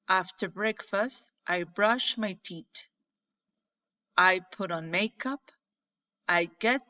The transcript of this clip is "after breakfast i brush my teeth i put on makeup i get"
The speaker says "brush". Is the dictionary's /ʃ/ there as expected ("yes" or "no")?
yes